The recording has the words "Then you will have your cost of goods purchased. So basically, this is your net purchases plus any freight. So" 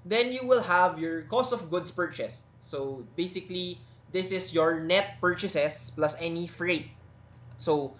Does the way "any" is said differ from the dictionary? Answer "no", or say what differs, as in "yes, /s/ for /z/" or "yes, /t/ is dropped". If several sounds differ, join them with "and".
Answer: no